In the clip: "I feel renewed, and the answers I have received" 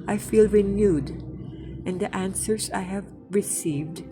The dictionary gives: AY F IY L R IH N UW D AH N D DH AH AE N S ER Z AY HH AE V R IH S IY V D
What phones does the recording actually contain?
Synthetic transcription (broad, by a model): AY F IY L R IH N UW D AH N D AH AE N S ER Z AY HH AE V R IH S IY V D